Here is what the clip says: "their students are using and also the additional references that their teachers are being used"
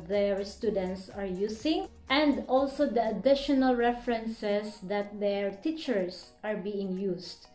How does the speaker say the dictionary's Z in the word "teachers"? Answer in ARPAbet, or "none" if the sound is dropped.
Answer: S